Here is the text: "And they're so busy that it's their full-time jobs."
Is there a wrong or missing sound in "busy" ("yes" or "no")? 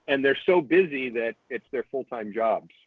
no